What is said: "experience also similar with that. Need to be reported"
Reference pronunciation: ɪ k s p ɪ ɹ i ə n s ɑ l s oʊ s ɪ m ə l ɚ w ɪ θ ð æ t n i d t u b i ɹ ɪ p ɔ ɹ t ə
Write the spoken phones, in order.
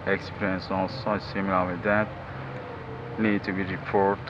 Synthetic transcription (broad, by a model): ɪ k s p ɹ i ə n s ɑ s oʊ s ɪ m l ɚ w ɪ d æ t n i d t u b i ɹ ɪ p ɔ ɹ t